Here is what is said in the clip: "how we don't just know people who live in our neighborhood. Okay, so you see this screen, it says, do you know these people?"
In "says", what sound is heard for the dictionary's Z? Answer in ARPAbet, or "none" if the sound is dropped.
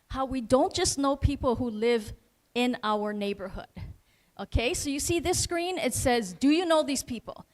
Z